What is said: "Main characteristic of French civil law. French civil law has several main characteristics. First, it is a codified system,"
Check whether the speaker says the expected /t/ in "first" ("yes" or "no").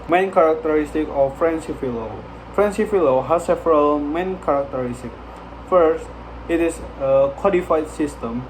yes